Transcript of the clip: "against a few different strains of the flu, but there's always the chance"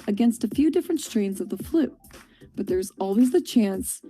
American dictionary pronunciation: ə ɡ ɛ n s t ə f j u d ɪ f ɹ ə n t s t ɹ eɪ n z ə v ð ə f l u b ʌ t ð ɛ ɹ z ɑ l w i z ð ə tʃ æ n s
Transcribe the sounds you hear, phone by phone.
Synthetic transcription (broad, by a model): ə ɡ ɛ n s t ə f j u d ɪ f ɹ ə n t s t ɹ eɪ n z ə v ð ə f l u b ʌ t ð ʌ ɹ z ɑ l w i z ð ə tʃ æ n s